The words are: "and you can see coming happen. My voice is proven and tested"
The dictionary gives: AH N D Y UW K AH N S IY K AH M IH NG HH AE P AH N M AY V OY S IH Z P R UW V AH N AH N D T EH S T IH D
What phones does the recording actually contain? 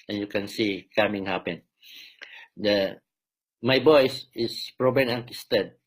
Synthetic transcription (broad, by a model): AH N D Y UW K AH N S IY K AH M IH NG HH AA P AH N M AY B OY S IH S P R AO B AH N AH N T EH S T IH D